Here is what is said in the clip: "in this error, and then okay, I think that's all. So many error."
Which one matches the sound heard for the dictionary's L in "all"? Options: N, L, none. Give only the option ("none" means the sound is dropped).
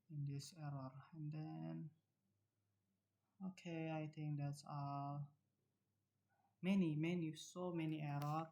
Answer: N